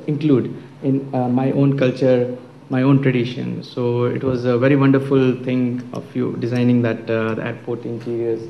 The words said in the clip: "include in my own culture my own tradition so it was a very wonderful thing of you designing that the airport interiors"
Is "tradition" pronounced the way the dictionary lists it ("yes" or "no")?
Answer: yes